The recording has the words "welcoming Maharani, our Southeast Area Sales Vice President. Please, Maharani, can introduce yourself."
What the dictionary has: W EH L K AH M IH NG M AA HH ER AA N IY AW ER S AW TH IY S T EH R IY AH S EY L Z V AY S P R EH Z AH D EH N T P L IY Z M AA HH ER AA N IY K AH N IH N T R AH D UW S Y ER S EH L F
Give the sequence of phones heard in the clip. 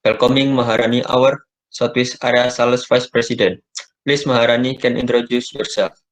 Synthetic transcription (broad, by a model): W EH L K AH M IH NG M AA HH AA AA N IY AW ER S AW T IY S AA R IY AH S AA L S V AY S P R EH S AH D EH N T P L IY S M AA HH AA AA N IY K AH N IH N T R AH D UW S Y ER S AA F